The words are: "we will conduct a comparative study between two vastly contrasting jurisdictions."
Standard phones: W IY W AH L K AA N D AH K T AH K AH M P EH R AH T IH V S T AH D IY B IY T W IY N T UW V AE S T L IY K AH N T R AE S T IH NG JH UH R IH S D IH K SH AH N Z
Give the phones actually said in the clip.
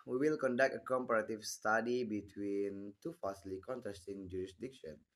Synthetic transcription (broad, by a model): W IY W AH L K AA N D AH K T AH K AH M P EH R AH T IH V S T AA D IY B IY T W IY N T UW F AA S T L IY K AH N T R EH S T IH NG JH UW R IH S D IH K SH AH N